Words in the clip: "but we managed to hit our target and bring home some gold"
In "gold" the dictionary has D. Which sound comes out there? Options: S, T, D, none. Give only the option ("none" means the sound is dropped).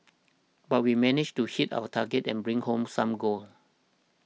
none